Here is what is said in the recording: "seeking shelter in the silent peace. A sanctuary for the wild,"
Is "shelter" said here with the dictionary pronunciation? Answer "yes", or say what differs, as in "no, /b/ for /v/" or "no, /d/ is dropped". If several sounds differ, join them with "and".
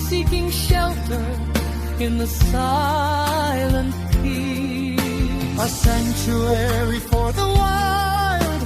yes